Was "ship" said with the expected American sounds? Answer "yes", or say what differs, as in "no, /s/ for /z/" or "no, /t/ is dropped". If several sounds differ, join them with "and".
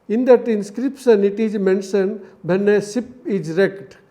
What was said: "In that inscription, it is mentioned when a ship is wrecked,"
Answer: no, /s/ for /ʃ/